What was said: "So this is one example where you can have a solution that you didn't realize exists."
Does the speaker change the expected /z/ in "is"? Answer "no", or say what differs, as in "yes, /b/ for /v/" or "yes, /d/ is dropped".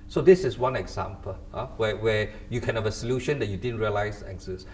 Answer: yes, /s/ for /z/